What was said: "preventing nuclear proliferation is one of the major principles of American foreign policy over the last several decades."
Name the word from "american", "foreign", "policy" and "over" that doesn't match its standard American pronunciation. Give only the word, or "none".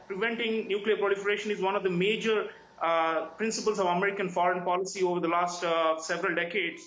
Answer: none